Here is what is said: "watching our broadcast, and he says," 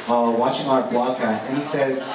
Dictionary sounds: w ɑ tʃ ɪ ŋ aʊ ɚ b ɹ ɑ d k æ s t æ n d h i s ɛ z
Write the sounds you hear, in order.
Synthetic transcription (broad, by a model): w ɑ tʃ ɪ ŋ aʊ ɚ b l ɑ d k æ s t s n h i s ɛ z